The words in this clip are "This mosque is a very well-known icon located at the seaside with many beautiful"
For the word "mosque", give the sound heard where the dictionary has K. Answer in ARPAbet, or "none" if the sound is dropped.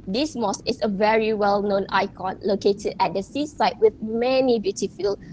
none